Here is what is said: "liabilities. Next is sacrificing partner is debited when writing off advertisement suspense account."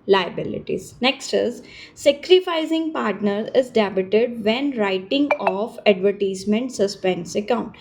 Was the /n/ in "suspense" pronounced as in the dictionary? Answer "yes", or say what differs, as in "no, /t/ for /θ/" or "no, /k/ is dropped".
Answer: yes